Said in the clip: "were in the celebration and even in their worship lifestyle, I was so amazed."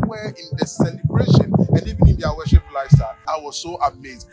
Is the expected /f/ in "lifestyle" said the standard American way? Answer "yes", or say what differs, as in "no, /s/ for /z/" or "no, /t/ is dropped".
no, /f/ is dropped